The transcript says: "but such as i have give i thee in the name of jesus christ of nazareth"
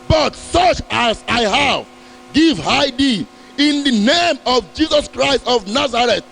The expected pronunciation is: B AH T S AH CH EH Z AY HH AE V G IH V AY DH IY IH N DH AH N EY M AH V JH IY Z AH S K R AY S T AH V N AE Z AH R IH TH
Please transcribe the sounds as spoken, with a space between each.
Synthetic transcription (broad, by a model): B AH T S AH CH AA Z AY HH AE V G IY V AY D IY IH N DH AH N EY M AH V JH IY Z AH S K R AY S T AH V N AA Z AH R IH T